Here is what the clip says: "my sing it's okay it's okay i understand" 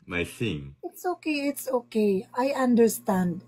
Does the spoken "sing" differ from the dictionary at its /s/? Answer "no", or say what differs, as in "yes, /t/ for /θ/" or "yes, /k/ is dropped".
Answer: yes, /θ/ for /s/